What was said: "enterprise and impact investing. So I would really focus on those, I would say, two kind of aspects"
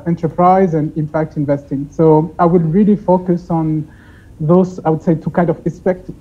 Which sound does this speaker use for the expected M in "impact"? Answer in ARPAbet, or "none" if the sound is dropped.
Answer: M